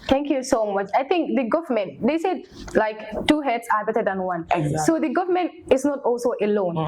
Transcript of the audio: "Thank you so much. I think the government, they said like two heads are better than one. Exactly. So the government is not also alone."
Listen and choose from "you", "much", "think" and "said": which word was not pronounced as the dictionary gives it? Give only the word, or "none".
think